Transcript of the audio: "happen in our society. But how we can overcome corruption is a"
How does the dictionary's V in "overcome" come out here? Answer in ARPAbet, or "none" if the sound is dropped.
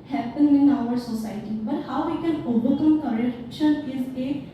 B